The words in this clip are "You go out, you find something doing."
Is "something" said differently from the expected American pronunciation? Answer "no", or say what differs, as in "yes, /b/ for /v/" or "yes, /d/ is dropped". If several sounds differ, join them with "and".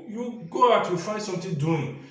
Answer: yes, /t/ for /θ/